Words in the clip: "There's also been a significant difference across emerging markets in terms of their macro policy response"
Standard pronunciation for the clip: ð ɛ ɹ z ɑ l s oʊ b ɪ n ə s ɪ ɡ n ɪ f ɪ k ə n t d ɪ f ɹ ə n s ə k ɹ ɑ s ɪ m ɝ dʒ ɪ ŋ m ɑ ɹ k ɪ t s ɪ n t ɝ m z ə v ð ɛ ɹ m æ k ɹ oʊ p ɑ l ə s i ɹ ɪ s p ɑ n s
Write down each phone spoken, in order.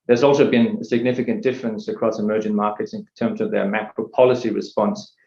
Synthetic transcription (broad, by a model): ð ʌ ɹ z ɑ l s oʊ b ɪ n ə s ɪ ɡ n ɪ f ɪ k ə n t d ɪ f ɹ ə n s ə k ɹ ɑ s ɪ m ɝ dʒ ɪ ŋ m ɑ ɹ k ɪ t s ɪ n t ɝ m z ə v ð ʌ ɹ m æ k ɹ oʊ p ɑ l ə s i ɹ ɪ s p ɑ n s